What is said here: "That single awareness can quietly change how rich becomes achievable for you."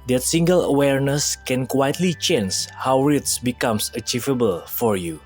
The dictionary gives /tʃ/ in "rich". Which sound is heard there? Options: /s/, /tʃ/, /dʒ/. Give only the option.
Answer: /s/